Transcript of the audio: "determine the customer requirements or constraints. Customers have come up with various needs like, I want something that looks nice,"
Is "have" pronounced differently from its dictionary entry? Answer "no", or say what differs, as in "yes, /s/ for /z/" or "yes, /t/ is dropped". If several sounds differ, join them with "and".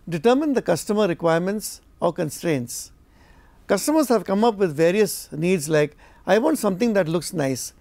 no